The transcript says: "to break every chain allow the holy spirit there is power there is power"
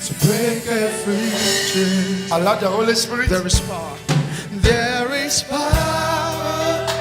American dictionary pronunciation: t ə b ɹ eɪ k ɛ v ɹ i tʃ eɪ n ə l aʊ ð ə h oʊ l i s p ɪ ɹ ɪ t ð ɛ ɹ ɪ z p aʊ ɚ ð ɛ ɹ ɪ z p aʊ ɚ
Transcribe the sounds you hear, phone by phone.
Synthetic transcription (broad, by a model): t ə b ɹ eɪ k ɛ f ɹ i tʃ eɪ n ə l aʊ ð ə h oʊ l i s p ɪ ɹ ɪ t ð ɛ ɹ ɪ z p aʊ ð ɛ ɹ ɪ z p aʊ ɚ